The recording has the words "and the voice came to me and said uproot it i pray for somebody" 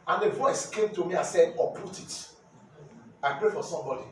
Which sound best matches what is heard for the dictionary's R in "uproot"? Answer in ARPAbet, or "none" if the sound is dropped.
none